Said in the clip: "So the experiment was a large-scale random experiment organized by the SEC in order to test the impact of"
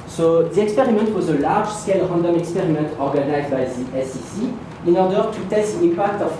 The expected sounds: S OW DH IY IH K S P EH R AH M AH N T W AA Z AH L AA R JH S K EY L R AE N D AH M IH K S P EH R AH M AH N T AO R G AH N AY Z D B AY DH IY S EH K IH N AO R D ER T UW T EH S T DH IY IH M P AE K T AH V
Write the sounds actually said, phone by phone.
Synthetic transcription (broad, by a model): S OW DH IY IH K S P EH R AH M AH N T W AA Z AH L AA R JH S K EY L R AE N D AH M IH K S P EH R AH M AH N T AO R G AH N AY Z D B AY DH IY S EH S IH N AO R D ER T UW T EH S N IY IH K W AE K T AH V